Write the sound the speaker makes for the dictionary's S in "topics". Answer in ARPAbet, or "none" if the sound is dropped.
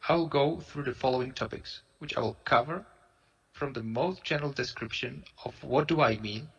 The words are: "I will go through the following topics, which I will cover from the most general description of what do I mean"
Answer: S